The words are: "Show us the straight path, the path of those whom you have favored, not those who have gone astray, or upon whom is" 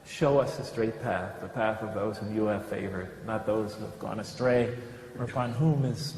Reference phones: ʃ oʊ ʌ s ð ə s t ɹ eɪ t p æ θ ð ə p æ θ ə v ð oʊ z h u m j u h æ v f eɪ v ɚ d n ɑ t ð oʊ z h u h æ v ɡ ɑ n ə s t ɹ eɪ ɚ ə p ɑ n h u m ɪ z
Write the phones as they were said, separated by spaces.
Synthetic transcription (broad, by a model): ʃ oʊ ʌ s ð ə s t ɹ eɪ t p æ θ ð ə p æ θ ə v ð oʊ z h u m j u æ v f eɪ v ɚ d n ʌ t ð oʊ z h u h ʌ v ɡ ɑ n ə s t ɹ eɪ ɚ ə p ɑ n h u m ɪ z